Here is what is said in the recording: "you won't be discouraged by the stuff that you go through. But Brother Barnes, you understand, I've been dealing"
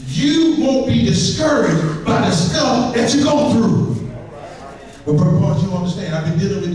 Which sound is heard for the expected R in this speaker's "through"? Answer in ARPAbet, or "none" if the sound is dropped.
R